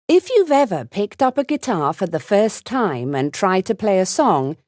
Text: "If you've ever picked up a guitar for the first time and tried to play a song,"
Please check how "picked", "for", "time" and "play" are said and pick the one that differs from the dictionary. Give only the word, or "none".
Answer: none